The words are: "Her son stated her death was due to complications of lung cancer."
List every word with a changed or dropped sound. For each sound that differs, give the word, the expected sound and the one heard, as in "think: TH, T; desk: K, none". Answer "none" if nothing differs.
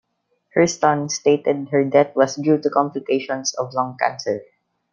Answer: death: TH, T; was: Z, S; complications: Z, S